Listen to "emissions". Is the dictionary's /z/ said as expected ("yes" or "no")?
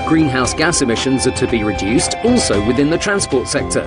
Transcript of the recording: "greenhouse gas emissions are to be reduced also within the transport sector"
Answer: yes